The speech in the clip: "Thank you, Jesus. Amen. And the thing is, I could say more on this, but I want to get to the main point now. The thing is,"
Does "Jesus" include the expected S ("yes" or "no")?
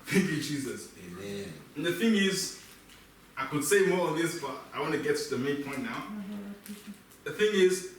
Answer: yes